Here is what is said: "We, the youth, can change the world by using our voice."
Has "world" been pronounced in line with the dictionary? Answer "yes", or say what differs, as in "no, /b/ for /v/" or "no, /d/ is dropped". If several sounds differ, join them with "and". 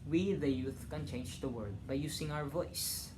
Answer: no, /l/ is dropped